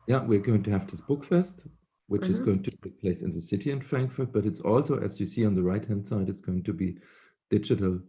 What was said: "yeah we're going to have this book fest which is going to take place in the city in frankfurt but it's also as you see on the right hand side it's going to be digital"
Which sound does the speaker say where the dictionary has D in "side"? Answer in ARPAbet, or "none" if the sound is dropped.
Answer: D